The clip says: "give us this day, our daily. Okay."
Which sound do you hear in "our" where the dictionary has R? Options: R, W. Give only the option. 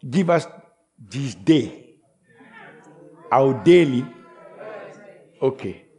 W